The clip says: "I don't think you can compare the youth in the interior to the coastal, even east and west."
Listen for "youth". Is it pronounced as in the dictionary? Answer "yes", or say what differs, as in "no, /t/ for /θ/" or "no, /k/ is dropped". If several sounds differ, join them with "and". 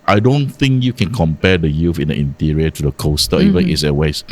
no, /f/ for /θ/